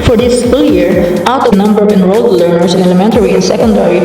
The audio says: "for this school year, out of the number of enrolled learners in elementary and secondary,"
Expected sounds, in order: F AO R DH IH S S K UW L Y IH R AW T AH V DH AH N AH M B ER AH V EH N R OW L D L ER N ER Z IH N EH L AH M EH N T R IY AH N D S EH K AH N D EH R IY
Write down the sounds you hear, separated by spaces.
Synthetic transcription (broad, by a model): F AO R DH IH S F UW L Y IH R AW T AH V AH N AH M B ER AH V EH N R OW L D L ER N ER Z IH N EH L AH M EH N T R IY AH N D S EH K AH N D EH R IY